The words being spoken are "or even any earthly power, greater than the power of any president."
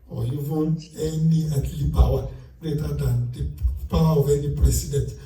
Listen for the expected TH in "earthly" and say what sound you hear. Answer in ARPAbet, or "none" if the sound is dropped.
T